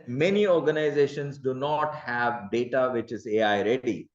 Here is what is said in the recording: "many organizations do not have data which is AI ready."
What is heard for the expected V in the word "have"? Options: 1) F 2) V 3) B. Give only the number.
2